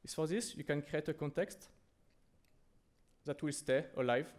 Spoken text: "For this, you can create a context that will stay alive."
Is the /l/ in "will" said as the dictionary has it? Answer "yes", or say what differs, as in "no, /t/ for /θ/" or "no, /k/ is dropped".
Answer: yes